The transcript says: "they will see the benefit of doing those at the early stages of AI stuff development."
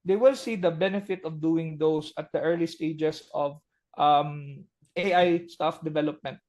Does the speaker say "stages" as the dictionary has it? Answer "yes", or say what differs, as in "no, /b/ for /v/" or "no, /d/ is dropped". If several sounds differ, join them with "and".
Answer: no, /s/ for /z/